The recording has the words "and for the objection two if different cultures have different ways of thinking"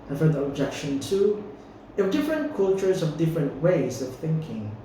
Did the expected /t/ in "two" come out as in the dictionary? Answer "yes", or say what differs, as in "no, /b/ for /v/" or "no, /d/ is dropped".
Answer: yes